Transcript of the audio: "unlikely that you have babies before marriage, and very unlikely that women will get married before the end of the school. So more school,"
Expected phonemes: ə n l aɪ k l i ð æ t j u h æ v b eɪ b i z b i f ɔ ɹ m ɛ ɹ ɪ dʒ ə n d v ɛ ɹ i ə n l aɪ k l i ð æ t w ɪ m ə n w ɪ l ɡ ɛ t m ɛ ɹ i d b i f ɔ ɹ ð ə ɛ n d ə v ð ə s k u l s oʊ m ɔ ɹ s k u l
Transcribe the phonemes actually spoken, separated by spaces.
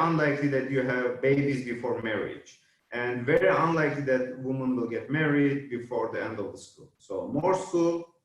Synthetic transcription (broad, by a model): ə n l aɪ k l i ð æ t j u h æ v b eɪ b i z b i f ɔ ɹ m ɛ ɹ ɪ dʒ ə n d v ɛ ɹ i ə n l aɪ k l i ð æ t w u m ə n w ɪ l ɡ ɛ t m ɛ ɹ i d b i f ɔ ɹ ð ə ɛ n d ə v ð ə s k u l s oʊ m ɔ ɹ s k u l